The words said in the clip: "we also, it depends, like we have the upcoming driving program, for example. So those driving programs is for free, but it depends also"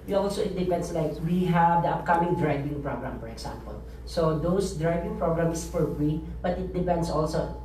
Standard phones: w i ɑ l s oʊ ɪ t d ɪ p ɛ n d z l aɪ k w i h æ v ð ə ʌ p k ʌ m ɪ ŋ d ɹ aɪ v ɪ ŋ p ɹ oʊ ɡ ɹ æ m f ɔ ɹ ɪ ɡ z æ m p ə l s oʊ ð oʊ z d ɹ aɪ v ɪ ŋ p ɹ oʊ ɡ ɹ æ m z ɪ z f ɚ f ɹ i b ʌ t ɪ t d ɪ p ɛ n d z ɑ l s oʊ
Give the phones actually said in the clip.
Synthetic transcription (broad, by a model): ɑ l s oʊ ɪ t d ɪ p ɛ n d s l aɪ k w i h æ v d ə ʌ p k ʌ m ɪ ŋ d ɹ aɪ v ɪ ŋ p ɹ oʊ ɡ ɹ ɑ m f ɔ ɹ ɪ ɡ s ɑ m p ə l s oʊ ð oʊ s d ɹ aɪ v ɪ ŋ p ɹ oʊ ɡ ɹ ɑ m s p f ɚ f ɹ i b ʌ t ɪ t d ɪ p ɛ n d s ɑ l s oʊ